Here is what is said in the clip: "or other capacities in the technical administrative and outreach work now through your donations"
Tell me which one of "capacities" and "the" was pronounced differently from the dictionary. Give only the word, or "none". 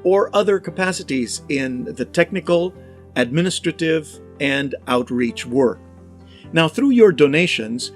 none